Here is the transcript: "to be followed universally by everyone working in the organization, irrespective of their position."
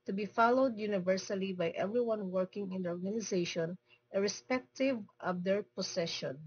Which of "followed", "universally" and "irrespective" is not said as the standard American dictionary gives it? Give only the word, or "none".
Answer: none